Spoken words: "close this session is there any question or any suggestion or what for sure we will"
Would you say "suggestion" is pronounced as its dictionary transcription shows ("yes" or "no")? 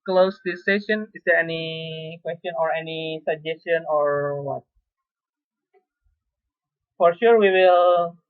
yes